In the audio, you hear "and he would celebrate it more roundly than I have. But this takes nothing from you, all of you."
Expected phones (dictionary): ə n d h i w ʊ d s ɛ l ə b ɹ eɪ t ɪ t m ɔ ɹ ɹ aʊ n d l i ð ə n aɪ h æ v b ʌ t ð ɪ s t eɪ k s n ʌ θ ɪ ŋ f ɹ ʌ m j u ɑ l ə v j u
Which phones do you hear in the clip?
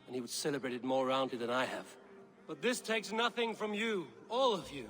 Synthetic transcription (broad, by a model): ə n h i w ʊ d s ɛ l ə b ɹ eɪ t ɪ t m ɔ ɹ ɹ aʊ n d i ð ə n aɪ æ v b ʌ t ð ɪ s t eɪ k s n ʌ θ ɪ ŋ f ɹ ʌ m j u ɑ l ə v j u